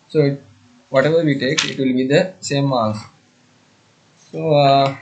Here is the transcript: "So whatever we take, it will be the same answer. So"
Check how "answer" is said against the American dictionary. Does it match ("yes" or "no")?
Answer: no